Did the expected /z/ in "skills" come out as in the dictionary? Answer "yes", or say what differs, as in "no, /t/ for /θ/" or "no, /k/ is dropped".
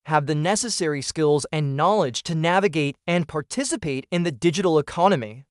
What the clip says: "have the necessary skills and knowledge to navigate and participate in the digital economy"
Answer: yes